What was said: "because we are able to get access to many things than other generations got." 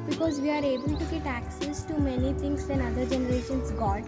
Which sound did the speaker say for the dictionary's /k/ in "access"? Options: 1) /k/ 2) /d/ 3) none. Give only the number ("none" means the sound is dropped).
1